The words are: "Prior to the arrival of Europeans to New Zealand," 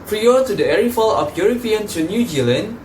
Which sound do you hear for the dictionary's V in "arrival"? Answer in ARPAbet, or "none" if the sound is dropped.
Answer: F